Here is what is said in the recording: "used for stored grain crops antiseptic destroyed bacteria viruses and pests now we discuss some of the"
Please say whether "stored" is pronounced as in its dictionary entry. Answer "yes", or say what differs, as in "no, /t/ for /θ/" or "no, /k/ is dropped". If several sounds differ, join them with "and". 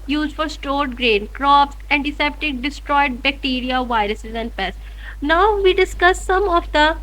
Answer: yes